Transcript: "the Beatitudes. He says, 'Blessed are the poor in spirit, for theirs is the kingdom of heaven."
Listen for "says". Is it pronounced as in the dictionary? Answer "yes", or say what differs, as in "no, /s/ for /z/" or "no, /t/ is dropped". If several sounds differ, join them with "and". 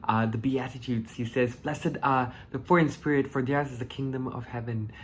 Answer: yes